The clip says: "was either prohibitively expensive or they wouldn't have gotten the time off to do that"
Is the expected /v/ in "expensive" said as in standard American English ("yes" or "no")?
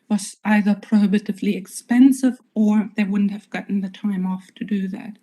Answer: yes